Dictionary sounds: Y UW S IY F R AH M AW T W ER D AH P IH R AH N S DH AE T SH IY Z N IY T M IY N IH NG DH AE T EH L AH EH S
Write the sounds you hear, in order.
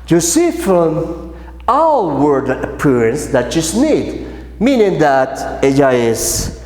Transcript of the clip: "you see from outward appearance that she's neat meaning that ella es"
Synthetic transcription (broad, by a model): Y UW S IY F R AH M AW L W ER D AH P IH R AH N S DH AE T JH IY S N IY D M IY N IH NG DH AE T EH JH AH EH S